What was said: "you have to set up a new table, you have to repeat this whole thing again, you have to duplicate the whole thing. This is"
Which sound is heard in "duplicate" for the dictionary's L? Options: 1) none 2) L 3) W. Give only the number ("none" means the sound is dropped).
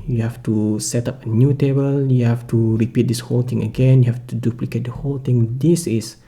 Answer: 2